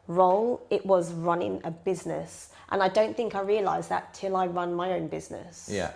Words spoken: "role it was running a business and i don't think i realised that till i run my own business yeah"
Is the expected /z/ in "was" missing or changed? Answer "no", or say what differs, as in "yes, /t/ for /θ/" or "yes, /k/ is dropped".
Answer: no